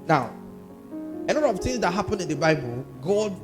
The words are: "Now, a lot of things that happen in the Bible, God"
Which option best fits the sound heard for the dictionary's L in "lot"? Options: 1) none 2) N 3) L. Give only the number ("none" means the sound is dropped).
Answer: 2